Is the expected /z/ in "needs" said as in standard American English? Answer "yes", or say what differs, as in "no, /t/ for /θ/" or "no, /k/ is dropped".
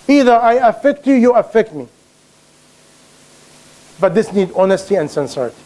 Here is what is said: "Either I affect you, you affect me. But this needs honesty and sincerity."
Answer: no, /z/ is dropped